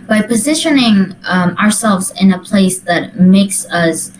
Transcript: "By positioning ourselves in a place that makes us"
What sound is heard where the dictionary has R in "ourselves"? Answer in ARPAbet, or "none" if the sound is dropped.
R